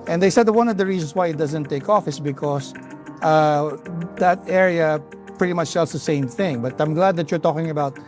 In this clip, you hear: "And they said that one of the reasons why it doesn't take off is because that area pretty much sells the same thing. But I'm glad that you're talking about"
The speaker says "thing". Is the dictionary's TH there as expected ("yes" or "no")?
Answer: yes